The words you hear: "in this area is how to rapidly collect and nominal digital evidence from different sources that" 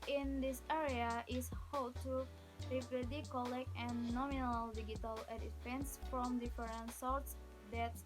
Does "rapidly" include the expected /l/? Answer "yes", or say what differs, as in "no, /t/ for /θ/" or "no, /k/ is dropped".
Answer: no, /l/ is dropped